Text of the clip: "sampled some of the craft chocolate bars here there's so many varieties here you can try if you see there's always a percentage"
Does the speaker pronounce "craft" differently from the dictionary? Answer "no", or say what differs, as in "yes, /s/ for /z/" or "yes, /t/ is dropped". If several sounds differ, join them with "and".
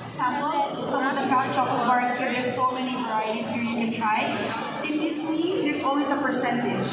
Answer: yes, /f/ is dropped